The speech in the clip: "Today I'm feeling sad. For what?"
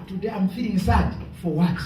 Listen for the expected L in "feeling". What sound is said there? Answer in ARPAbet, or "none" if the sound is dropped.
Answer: none